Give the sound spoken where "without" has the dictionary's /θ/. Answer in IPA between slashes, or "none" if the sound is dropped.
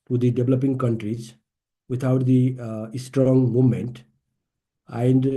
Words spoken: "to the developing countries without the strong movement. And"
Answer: /t/